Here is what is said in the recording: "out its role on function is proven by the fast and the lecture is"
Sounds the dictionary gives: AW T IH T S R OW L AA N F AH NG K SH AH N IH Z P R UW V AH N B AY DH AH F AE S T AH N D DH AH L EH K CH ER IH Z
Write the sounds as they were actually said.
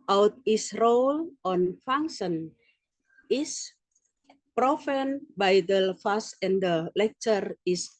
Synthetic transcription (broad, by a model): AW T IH S R OW L AA N F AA NG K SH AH N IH S P R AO F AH N B AY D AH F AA S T AH N D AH L EH K CH ER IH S